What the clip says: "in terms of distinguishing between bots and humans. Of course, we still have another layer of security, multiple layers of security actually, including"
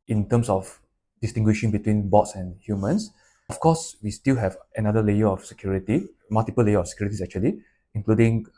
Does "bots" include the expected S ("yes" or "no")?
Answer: yes